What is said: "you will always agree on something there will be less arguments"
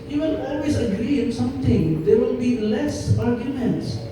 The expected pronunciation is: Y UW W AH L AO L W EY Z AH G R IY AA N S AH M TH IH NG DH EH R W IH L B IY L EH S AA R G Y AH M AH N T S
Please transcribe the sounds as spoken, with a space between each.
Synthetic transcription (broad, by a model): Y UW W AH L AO L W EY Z AH G R IY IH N S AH M T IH NG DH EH R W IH L B IY L EH S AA R G Y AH M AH N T S